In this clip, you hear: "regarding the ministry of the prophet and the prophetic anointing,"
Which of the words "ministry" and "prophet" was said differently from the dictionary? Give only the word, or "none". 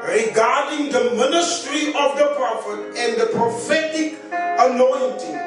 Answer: none